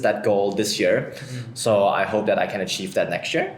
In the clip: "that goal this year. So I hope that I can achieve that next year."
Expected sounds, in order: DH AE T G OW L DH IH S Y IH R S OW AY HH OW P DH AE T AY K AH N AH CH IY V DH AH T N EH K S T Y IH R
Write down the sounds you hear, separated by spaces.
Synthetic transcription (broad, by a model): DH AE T G OW L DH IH S Y IH R S OW AY HH OW P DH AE T AY K AH N AH CH IY V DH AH T N EH K S T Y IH R